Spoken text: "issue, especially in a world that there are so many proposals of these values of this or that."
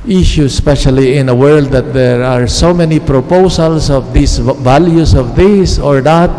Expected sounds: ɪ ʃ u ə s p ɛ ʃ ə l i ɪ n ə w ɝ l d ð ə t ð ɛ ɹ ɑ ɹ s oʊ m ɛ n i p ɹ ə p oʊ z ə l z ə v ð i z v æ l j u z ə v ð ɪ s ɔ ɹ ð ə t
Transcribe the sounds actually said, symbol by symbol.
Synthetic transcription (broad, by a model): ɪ ʃ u s p ɛ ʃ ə l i ɪ n ə w ɝ l d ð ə t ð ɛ ɹ ɑ ɹ s oʊ m ɛ n i p ɹ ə p oʊ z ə l s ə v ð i s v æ l j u s ə v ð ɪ s ɔ ɹ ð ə t